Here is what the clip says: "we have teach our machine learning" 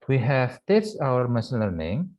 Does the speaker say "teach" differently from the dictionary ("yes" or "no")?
yes